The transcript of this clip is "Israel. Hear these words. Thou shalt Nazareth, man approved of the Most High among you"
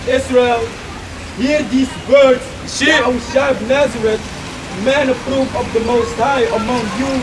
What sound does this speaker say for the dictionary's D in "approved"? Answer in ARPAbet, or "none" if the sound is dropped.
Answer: none